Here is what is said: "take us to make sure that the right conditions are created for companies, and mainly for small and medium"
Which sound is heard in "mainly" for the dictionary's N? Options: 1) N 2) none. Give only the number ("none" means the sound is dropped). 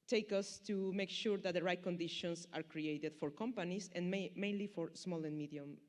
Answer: 1